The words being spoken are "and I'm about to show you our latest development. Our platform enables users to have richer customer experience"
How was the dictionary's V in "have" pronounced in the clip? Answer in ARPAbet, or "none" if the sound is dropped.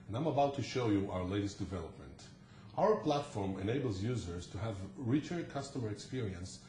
V